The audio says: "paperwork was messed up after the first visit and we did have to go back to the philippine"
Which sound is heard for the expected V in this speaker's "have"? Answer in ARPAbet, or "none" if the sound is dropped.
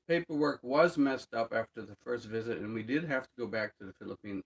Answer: F